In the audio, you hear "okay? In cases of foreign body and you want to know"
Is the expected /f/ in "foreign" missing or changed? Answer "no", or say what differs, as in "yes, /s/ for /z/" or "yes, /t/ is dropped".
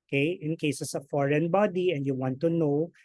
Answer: no